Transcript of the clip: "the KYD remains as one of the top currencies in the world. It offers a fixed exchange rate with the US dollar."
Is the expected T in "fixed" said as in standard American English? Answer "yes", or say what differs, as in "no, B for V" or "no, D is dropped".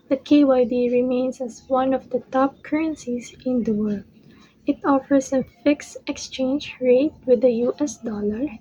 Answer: yes